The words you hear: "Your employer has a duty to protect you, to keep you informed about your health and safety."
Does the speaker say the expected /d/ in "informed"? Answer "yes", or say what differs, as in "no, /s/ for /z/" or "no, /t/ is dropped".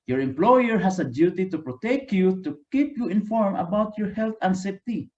no, /d/ is dropped